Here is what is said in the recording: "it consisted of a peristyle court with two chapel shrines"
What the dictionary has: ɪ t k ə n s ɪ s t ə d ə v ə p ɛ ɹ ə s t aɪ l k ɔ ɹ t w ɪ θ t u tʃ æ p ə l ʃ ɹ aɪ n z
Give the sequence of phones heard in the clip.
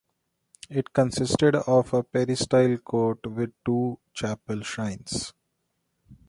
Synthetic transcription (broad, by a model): ɪ t k ə n s ɪ s t ə d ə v ə p ɛ ɹ ə s t aɪ l k ɔ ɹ t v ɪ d t u tʃ æ p ə l ʃ aɪ n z